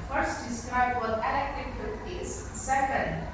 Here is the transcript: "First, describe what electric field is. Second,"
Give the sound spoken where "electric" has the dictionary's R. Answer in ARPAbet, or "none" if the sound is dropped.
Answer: none